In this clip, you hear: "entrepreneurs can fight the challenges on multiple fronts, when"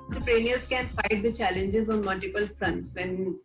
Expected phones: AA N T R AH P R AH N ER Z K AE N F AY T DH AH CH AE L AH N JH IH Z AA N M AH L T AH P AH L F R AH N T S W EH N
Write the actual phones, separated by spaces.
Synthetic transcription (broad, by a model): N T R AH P R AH N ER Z K AE N F AY T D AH CH AE L AH N JH IH Z AA N M AH L T AH P AH L F R AH N T S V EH N